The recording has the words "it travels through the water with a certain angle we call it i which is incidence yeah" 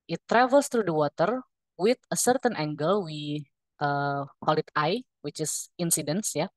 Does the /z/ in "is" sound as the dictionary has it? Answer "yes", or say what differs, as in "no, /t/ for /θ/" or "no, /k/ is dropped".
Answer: no, /s/ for /z/